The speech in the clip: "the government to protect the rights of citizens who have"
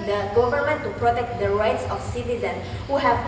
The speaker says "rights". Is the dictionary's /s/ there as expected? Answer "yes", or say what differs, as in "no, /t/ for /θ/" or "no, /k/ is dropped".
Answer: yes